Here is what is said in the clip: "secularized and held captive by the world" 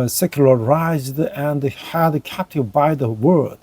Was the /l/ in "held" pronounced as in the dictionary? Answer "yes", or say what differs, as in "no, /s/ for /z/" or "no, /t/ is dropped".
no, /l/ is dropped